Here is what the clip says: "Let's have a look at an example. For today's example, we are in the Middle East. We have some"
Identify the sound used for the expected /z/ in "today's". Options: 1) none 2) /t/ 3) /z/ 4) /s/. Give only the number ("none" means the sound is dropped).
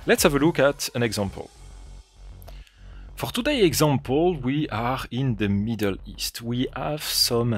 1